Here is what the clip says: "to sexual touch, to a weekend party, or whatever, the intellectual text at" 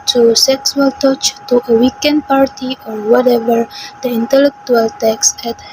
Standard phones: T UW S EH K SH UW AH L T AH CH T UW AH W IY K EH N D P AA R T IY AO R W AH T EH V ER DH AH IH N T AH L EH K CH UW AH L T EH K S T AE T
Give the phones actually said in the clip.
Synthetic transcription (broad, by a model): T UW S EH K S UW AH L T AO CH T UW AH W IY K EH N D P AA R T IY AO R W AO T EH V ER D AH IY N T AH L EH K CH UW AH L T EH K S EH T